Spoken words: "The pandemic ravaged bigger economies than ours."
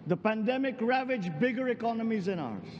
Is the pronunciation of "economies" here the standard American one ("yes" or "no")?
yes